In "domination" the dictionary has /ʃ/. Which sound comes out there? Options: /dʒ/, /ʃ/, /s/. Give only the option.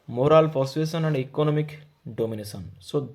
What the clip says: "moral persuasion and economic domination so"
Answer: /s/